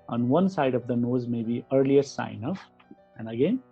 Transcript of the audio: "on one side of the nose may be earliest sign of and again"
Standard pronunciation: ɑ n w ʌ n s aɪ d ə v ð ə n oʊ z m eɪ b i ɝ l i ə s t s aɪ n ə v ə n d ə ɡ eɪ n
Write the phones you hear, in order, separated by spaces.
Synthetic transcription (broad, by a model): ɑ n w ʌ n s aɪ d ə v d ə n oʊ z m eɪ b i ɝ l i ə t s aɪ n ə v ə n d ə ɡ eɪ n